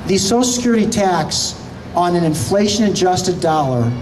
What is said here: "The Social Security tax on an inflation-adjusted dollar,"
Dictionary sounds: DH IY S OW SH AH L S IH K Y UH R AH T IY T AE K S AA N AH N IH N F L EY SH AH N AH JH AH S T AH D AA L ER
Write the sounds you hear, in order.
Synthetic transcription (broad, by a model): DH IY S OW AH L S IH K Y UH R AH T IY T AE K S N AH N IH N F L EY SH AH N AH JH AH S T AH D AA L ER